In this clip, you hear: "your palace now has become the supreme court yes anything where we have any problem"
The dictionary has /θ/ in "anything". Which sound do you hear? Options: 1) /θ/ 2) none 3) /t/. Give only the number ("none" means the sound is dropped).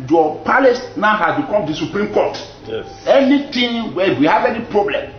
3